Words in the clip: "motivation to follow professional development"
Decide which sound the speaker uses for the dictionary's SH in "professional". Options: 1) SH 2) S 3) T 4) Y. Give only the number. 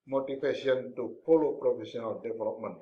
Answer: 2